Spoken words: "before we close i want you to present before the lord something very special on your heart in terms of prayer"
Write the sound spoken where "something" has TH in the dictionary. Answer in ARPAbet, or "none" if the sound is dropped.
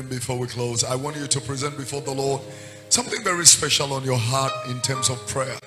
TH